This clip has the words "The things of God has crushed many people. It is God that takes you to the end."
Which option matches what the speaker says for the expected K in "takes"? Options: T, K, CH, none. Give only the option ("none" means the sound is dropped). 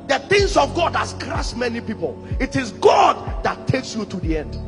K